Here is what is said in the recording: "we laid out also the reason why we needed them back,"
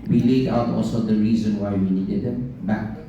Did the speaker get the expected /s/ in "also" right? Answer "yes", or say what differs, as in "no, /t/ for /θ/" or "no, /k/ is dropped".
yes